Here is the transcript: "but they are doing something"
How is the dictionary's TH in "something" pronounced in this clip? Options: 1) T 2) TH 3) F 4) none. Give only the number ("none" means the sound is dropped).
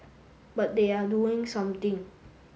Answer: 1